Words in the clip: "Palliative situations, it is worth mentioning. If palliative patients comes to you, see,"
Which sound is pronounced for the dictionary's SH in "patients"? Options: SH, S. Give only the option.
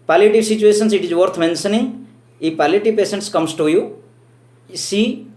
S